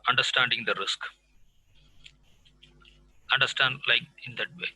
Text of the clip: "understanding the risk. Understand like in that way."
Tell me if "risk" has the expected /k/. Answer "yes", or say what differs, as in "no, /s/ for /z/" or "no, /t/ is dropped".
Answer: yes